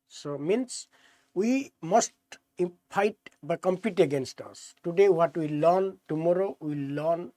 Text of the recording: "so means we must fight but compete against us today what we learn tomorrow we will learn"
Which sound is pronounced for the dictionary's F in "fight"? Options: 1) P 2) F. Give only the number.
1